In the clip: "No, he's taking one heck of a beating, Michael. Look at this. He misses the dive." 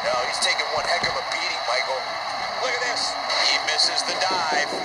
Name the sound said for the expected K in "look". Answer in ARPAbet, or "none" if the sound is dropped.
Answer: none